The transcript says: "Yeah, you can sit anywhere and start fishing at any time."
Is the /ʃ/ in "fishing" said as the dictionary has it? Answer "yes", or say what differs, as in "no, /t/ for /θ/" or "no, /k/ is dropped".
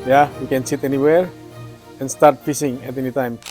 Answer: no, /s/ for /ʃ/